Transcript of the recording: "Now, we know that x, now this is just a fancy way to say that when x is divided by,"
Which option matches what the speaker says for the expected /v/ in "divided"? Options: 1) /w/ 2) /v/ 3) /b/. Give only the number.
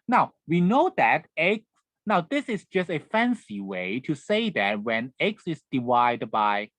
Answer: 1